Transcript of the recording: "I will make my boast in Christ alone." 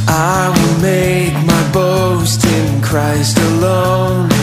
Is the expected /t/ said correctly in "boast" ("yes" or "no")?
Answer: yes